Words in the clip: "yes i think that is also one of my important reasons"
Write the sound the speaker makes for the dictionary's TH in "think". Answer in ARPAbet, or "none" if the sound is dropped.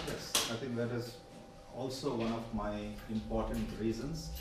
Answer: T